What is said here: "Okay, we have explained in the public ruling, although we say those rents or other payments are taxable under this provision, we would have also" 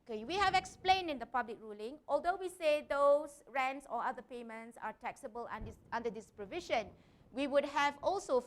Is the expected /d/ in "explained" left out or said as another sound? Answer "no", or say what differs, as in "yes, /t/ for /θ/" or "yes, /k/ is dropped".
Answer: no